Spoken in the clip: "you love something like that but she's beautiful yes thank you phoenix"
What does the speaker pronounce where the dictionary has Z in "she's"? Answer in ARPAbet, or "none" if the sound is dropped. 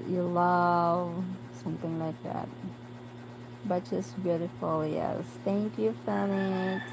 S